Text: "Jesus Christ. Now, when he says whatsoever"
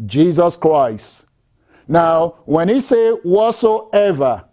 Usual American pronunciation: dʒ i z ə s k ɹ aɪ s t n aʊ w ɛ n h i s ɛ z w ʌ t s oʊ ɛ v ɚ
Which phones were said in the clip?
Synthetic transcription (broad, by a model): dʒ i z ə s k ɹ aɪ s t n aʊ w ɛ n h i s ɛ w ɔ t s oʊ ɛ v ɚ